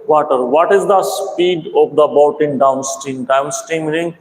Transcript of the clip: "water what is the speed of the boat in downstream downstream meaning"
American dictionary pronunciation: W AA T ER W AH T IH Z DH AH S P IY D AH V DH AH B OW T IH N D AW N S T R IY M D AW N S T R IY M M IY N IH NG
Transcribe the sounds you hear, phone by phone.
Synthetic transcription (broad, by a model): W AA T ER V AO T IH Z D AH S P IY D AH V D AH B OW T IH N D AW N S T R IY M D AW N S T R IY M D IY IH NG